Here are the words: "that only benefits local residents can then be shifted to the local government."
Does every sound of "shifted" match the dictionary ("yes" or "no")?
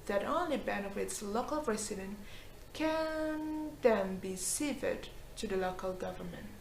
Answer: no